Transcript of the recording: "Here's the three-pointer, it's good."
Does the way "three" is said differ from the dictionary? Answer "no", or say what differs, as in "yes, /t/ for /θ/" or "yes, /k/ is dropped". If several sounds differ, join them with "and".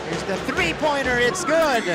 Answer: no